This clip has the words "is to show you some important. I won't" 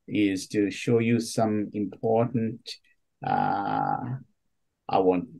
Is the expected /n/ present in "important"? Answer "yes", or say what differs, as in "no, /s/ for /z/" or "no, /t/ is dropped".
no, /n/ is dropped